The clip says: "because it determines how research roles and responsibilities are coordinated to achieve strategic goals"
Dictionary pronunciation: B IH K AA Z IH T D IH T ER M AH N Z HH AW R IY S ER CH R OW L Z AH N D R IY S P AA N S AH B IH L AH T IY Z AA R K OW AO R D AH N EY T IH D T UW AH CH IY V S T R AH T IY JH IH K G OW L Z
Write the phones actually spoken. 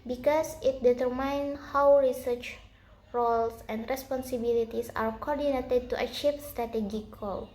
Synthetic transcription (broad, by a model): B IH K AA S IH T D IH T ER M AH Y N HH AW R IY S ER CH R OW L S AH N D R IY S P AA N S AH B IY L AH T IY S AA R K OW AO R D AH N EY T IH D T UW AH CH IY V S T R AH T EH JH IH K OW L